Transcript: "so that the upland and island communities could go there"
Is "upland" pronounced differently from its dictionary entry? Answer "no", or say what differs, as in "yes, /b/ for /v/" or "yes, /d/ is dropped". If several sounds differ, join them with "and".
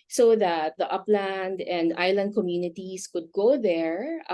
no